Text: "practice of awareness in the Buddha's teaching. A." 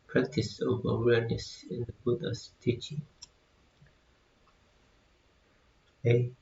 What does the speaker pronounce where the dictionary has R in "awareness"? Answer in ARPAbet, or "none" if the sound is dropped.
R